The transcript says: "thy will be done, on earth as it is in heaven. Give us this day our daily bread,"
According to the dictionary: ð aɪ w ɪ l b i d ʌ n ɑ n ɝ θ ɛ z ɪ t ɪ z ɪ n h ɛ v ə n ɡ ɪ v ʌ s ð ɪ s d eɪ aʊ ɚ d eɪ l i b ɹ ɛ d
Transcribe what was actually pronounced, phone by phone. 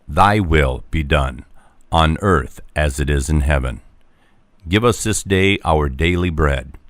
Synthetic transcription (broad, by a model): ð aɪ w ɪ l b i d ʌ n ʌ n ɝ θ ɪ z ɪ t ɪ z ɪ n h ɛ v ə n ɡ ɪ v ʌ s ð ɪ s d eɪ aʊ ɚ d eɪ l i b ɹ ɛ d